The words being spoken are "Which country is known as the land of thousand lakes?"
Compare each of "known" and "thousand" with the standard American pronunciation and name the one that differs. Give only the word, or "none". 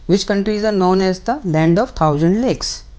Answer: thousand